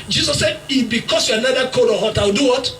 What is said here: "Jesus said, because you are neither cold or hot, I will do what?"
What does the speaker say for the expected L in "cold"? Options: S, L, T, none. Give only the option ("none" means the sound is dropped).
none